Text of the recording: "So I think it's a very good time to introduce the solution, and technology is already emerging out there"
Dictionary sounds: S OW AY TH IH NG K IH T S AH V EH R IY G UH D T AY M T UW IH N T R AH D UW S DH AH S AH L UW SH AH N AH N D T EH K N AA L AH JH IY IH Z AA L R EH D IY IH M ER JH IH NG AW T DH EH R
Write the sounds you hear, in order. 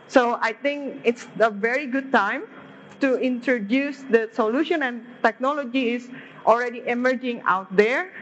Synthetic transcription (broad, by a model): S OW AY T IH NG K IH T S AH V EH R IY G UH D T AY M T UW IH N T R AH D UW S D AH S AH L UW SH AH N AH N T EH K N AA L AH JH IY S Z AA L R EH D IY IH M ER JH IH NG AW T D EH R